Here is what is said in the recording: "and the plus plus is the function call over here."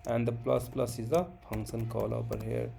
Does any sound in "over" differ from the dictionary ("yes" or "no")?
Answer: yes